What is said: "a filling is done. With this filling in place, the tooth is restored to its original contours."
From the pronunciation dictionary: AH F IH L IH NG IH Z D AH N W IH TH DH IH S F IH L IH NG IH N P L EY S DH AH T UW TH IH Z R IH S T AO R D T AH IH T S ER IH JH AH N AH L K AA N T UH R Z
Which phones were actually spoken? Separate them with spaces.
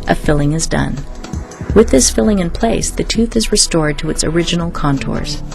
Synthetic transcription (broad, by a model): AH F IH L IH NG IH Z D AH N W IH DH IH S F IH L IH NG IH N P L EY S DH AH T UW TH IH Z R IH S T AO R D T AH IH T S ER IH JH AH N L K AA N T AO R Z